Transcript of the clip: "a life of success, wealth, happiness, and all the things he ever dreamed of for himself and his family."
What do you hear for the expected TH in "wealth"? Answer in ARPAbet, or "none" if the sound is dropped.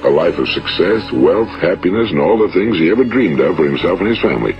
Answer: TH